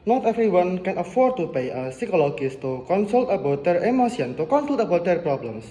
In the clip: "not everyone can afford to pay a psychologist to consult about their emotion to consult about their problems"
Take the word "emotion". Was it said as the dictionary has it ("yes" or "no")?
no